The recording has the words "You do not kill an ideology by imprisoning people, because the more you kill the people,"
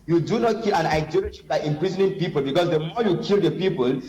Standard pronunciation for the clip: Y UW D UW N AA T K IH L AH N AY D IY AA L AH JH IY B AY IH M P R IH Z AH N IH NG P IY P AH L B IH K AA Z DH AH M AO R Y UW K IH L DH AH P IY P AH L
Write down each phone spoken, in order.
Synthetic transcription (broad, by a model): Y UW D UW N AA T K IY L AH N AY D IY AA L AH SH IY B AY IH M P R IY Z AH N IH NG P IY P AH L B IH K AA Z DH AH M AO Y UW K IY L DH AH P IY P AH L